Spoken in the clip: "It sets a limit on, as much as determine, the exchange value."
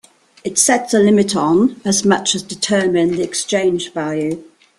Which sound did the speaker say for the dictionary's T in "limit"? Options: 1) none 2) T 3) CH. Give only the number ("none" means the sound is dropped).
2